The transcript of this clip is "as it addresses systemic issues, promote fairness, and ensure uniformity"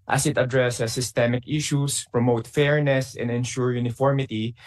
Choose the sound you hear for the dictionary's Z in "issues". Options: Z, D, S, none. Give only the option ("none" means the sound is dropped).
S